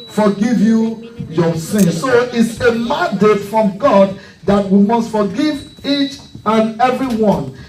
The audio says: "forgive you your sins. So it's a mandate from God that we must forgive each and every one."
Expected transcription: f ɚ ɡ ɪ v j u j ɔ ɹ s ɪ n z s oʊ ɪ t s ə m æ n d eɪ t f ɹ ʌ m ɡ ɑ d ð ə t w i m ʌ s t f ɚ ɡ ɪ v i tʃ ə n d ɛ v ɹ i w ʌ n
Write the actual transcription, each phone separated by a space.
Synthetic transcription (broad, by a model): f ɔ ɡ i v j u j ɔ s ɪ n s oʊ ɪ t s ə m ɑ n d eɪ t f ɹ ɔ m ɡ ɑ d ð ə t w i m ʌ s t f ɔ ɡ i v i tʃ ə n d ɛ v ɹ i w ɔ n